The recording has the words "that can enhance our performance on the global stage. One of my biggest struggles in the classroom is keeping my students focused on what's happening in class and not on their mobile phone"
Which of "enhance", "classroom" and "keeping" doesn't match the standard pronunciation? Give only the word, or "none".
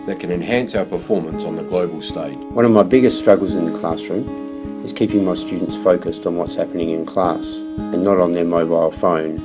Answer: none